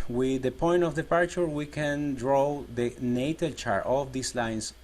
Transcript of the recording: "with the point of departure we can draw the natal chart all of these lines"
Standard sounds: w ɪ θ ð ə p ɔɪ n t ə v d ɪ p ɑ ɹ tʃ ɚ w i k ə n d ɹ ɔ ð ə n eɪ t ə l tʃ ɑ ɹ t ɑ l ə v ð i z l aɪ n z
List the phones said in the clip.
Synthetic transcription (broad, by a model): w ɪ ð ə p ɔɪ n t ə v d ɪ p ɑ ɹ tʃ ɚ w i k ə n d ɹ ɔ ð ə n eɪ t ə l tʃ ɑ ɹ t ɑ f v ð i s l aɪ n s